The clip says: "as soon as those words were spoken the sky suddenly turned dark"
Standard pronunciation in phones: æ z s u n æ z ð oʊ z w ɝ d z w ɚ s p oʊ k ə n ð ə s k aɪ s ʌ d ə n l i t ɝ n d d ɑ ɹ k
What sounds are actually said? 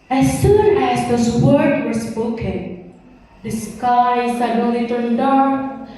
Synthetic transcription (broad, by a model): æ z s u n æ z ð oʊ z w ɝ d w ɚ s p oʊ k ə n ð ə s k aɪ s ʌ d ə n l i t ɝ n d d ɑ ɹ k